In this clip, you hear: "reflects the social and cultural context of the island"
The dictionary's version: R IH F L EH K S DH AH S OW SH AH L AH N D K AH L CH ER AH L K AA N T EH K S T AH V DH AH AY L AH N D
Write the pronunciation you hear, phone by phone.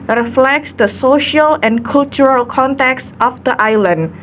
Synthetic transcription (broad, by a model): R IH F L EH K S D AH S OW SH AH L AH N K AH L CH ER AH L K AA N T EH K S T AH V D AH AY L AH N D